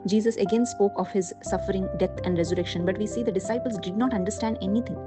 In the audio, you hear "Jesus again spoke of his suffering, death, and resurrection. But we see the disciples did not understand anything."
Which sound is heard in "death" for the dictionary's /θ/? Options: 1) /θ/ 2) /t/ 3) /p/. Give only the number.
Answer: 2